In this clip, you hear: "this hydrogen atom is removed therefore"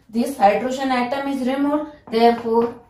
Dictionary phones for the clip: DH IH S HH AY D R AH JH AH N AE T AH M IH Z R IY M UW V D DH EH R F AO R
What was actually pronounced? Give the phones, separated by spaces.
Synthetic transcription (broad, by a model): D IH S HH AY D R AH SH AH N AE T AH M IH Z R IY M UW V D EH R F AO R